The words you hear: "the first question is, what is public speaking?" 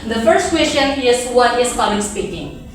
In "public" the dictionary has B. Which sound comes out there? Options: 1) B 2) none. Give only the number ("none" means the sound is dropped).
2